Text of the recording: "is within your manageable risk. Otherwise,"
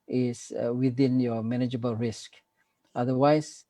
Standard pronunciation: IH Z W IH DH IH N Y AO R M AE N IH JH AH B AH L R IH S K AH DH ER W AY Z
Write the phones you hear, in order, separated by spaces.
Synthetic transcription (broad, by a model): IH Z W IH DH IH N Y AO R M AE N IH JH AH B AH L R IH S K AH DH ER W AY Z